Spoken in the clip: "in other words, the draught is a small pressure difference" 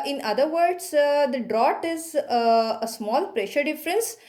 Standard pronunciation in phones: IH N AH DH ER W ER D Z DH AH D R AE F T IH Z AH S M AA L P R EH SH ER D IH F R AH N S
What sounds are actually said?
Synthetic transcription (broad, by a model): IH N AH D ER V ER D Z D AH D R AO T IH Z AH S M AA L P R EH SH ER D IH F R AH N S